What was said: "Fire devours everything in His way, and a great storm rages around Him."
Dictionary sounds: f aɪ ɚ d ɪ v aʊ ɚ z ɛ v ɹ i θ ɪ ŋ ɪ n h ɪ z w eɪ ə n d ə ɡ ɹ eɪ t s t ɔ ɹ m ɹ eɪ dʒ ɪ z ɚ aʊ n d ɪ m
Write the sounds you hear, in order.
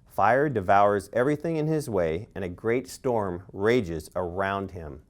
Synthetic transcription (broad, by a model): f aɪ ɚ d ɪ v aʊ ɚ z ɛ v ɹ i θ ɪ ŋ ɪ n ɪ z w eɪ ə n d ə ɡ ɹ eɪ t s t ɔ ɹ m ɹ eɪ dʒ ɪ z ɚ aʊ n d ɪ m